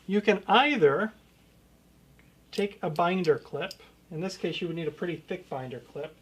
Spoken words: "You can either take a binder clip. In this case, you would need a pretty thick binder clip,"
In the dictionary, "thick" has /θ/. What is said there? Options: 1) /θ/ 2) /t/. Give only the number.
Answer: 1